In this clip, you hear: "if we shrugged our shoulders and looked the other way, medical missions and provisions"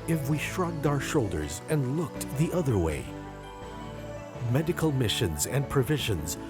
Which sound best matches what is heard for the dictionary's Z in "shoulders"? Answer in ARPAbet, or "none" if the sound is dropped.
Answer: Z